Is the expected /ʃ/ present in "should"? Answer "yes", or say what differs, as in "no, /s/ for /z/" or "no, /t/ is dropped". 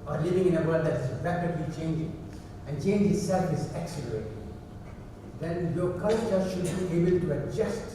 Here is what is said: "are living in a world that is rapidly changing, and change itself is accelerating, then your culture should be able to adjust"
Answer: yes